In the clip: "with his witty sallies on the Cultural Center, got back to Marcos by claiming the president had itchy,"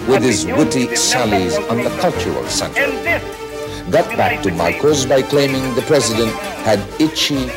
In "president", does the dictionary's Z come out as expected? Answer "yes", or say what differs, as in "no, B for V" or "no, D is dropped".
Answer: yes